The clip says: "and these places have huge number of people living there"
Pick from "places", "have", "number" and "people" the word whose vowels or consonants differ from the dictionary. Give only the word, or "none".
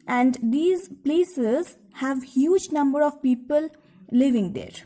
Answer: none